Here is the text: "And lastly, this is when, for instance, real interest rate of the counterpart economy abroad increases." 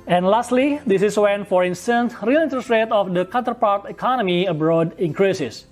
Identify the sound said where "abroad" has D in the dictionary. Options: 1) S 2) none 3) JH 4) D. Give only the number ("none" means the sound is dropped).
4